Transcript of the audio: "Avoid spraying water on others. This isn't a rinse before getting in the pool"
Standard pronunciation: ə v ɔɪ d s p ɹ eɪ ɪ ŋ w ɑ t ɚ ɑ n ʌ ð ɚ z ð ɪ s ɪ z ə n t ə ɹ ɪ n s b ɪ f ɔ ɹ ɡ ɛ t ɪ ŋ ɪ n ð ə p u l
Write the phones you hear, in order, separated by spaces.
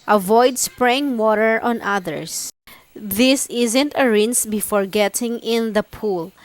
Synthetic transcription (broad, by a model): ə v ɔɪ d s p ɹ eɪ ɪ ŋ w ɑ t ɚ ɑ n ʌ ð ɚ s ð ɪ s ɪ z ə n t ə ɹ ɪ n s b ɪ f ɔ ɹ ɡ ɛ t ɪ ŋ ɪ n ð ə p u l